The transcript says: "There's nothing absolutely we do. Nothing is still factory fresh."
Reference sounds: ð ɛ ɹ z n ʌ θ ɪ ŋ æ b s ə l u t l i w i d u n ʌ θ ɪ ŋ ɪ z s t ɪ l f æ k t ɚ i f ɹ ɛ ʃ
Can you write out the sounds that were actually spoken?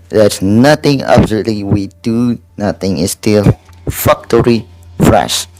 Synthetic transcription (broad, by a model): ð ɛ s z n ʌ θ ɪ ŋ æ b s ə l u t l i w i d u n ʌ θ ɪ ŋ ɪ s t ɪ l f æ k t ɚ i f ɹ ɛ ʃ